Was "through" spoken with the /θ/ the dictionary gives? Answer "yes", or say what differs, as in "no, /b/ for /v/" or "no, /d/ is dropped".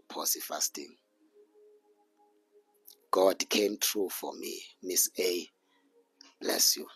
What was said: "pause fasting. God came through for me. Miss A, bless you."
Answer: no, /t/ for /θ/